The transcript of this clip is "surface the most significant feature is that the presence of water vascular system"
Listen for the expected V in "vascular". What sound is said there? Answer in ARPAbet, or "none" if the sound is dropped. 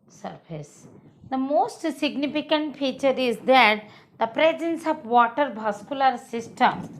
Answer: B